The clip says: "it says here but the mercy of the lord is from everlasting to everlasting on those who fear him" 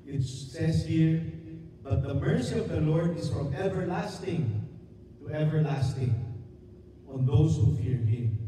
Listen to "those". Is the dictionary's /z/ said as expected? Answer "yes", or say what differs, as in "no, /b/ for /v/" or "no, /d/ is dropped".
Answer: no, /s/ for /z/